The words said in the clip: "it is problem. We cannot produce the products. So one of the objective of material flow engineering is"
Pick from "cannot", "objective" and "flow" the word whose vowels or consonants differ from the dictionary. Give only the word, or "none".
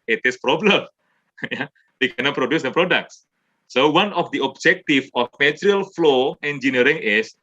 objective